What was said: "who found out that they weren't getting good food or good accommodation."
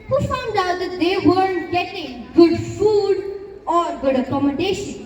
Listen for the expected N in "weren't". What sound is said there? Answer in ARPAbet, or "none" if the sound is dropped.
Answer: none